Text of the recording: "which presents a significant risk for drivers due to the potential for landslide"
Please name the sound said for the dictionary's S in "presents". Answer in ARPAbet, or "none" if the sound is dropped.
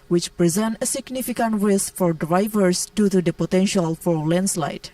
none